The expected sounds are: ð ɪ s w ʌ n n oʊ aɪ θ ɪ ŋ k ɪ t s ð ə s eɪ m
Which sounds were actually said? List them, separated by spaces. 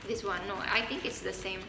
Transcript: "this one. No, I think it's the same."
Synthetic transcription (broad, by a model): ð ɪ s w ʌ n n oʊ aɪ t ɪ ŋ k ɪ t s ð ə s eɪ m